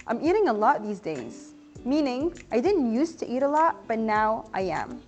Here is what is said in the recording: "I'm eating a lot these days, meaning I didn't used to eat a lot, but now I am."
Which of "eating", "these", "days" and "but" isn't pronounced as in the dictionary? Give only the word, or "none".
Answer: none